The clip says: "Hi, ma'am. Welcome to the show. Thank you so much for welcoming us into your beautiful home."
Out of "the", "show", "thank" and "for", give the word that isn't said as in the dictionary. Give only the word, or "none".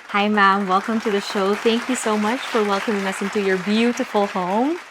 none